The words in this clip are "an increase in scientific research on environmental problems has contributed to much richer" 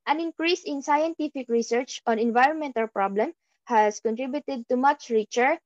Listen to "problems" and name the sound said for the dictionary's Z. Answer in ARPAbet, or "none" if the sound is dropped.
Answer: none